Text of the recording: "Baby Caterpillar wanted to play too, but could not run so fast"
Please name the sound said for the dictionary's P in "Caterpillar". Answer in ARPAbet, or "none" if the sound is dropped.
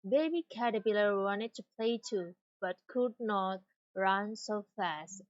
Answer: B